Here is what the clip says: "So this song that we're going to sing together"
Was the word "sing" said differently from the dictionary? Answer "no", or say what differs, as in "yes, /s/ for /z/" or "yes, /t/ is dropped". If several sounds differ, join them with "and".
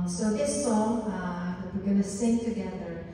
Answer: no